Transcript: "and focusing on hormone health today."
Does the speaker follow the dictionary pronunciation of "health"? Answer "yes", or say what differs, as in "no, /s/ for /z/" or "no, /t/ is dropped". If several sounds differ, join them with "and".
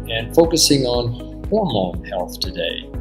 yes